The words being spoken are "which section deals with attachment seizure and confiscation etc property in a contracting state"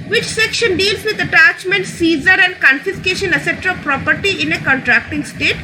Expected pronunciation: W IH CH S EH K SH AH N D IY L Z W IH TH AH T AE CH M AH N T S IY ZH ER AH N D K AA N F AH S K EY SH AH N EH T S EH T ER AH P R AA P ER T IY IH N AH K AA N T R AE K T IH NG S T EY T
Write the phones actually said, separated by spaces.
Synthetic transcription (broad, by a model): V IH CH S EH K SH AH N D IY L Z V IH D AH T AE CH M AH N T S IY Z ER AH N D K AA N F AH S K EY SH AH N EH S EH T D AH P R AA P ER T IY IH N AH K AA N T R AE K T IH NG S T EY T